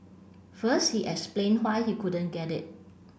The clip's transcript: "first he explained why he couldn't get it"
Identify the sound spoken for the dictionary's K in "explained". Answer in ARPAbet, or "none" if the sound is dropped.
none